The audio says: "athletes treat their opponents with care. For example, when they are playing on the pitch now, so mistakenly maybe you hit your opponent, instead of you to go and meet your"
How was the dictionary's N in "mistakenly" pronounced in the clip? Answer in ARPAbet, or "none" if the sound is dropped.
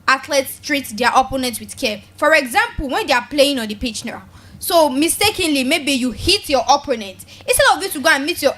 N